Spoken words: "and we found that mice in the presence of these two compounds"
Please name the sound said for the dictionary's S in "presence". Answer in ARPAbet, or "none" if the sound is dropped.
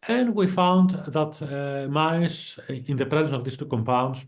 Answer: none